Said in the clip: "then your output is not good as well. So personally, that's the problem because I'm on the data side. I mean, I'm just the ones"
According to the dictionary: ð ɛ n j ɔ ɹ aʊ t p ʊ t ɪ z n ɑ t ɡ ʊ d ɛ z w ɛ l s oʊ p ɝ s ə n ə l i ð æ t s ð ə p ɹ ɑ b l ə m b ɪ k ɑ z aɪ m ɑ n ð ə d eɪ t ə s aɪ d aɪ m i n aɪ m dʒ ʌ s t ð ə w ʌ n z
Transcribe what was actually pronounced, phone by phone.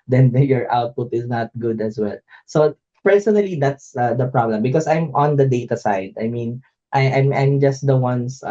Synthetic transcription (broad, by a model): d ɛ n j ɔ ɹ aʊ t p ʊ t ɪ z n ɑ t ɡ ʊ d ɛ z w ɛ l s oʊ p ɝ s ə n ə l i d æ t s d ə p ɹ ɑ b l ə m b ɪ k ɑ s aɪ m ɑ n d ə d eɪ t ə s aɪ d aɪ m i n aɪ m dʒ ʌ s t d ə w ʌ n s